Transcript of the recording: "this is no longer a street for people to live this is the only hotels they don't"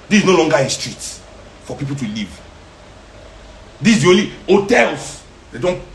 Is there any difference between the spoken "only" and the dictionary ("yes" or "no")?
yes